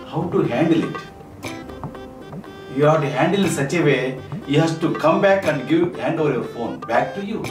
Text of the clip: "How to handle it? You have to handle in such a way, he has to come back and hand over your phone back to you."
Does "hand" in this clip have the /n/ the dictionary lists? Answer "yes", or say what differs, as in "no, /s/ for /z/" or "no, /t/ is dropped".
yes